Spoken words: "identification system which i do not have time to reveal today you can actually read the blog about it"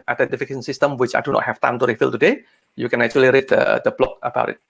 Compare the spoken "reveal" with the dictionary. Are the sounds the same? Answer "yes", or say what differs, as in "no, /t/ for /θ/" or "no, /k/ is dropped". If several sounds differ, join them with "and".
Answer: no, /f/ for /v/